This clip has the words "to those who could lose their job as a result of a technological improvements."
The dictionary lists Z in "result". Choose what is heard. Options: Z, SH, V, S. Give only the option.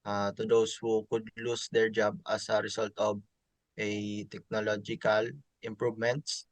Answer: S